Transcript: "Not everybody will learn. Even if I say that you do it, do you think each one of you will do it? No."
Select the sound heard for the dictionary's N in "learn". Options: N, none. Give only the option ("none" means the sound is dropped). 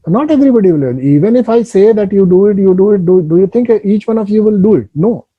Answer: none